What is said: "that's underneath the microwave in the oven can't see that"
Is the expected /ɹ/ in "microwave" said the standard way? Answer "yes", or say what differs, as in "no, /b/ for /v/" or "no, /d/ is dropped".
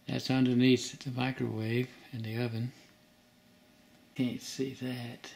yes